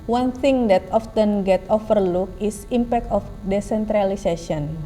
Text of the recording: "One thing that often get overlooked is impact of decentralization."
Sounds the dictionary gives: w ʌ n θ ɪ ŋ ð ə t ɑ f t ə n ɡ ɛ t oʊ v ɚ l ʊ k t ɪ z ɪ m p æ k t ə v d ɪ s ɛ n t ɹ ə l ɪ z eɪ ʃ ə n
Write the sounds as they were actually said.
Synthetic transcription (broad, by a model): w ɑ n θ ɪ ŋ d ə t ɑ f t ə n ɡ ɛ t oʊ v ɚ l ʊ k ɪ s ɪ m p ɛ k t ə f d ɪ s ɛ n t ɹ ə l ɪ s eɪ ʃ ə n